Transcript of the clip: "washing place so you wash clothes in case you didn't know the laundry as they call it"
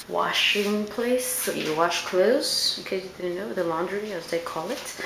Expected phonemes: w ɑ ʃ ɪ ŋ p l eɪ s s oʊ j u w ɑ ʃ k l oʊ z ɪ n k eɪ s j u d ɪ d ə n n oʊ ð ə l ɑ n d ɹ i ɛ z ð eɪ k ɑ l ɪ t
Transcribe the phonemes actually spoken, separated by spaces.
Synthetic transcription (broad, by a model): w ɑ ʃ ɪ ŋ p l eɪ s s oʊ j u w ɑ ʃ k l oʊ ɪ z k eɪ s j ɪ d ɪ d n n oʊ ð ə l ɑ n d ɹ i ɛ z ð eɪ k ɑ l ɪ t